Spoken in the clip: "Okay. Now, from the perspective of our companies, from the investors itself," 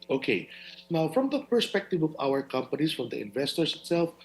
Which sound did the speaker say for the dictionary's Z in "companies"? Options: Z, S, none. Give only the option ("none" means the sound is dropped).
S